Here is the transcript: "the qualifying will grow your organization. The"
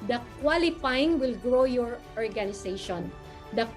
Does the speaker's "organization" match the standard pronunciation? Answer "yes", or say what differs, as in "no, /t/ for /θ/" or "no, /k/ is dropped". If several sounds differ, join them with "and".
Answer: no, /s/ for /z/